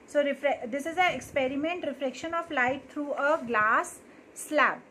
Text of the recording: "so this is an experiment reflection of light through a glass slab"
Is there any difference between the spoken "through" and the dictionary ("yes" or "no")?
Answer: yes